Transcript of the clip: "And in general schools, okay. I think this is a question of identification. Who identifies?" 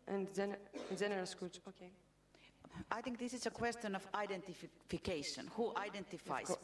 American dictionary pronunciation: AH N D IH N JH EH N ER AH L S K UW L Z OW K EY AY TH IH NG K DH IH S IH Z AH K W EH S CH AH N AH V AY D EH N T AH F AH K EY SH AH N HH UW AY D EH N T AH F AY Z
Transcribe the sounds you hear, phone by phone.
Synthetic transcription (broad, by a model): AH N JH IH N JH EH N ER AH L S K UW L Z OW K EY AY TH IH NG K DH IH S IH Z AH K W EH S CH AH N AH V AY D EH N T AH F AH K EY SH AH N HH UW AY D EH N T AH F AY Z